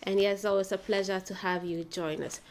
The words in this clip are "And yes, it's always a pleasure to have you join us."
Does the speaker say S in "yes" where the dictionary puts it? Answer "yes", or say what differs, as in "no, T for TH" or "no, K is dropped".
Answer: no, S is dropped